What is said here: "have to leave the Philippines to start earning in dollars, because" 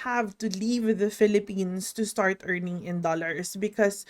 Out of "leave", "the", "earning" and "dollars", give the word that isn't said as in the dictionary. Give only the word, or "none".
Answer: dollars